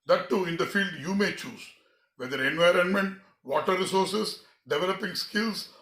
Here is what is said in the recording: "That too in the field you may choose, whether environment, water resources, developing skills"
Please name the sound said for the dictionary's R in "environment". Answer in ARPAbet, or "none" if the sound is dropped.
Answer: R